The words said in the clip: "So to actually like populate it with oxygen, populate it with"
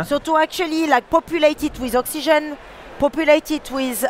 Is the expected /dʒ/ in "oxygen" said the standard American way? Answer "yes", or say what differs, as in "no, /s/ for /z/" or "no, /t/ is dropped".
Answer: no, /ʒ/ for /dʒ/